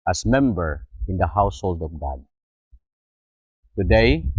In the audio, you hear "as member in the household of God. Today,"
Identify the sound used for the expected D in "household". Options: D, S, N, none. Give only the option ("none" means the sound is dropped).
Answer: D